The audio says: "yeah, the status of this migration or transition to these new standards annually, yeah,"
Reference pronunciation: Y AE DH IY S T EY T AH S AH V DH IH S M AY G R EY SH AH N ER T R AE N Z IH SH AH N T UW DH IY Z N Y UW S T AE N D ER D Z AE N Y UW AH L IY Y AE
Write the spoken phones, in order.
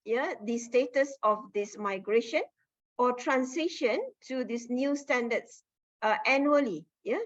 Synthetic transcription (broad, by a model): Y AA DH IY S T EY T AH S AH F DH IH S M AY G R EY SH AH N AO T R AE N S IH SH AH N T UW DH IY S N Y UW S T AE N D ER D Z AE N Y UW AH L IY Y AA